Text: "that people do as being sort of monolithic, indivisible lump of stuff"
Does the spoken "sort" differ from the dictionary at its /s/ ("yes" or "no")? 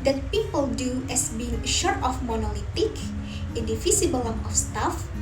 yes